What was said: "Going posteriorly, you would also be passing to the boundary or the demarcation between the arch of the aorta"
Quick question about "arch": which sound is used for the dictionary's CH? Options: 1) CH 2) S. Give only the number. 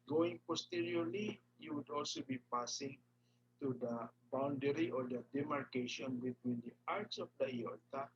2